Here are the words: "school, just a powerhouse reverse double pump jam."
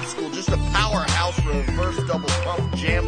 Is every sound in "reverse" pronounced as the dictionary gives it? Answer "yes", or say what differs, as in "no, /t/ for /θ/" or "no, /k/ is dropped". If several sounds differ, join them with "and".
no, /f/ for /v/